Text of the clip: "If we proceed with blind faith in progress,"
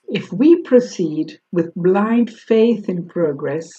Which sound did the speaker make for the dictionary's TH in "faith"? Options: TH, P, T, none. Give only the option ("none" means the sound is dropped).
TH